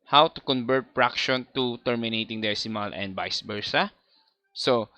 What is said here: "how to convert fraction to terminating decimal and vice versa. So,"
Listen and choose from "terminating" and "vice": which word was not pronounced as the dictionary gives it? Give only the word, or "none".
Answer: vice